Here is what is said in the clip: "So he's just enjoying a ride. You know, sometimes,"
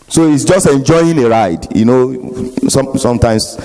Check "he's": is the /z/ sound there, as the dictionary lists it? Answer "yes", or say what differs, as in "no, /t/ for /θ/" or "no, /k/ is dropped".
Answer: no, /s/ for /z/